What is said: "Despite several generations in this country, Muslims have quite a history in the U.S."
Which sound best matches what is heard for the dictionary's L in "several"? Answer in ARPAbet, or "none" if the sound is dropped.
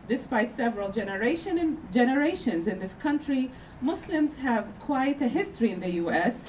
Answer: N